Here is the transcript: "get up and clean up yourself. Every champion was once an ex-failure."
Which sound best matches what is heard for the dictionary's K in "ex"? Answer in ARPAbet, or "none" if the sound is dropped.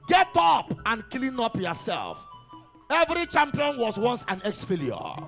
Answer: K